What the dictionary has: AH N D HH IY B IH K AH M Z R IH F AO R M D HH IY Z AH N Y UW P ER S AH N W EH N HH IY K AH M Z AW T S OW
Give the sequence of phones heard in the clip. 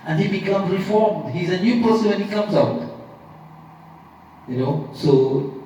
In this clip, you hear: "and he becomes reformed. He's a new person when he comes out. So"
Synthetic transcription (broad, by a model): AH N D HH IY B IH K AH M Z R IH F AO R M D HH IY Z AH N Y UW P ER S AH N W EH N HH IY K AH M Z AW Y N OW